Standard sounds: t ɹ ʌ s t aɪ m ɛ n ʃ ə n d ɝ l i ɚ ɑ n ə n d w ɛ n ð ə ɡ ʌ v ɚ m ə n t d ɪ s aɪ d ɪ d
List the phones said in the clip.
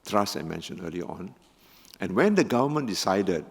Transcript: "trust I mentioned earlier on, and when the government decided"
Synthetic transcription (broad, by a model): t ɹ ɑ s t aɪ m ɛ n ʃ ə n ɝ l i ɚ ɑ n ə n w ɛ n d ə ɡ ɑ v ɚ m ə n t d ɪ s aɪ d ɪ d